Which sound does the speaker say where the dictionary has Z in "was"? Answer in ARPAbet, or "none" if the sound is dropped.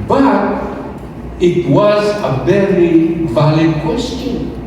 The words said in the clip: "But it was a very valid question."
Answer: Z